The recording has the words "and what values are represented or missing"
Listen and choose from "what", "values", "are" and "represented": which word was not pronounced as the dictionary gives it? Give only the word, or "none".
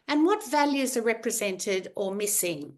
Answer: none